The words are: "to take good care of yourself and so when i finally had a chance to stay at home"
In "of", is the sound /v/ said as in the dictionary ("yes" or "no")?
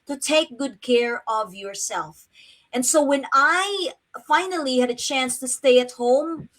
yes